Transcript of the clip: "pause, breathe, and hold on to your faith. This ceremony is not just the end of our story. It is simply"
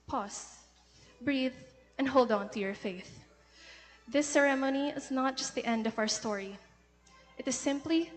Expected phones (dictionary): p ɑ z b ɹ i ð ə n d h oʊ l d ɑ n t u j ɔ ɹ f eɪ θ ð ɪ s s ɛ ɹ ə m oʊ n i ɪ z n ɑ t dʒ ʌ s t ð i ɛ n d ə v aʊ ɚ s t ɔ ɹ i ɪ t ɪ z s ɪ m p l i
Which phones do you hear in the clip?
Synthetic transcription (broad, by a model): p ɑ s b ɹ i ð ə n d h oʊ l d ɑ n t u j ɔ ɹ f eɪ θ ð ɪ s s ɛ ɹ ə m oʊ n i ɪ z n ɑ t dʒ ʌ s t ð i ɛ n d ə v aʊ ɚ s t ɔ ɹ i ɪ t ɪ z s ɪ m p l i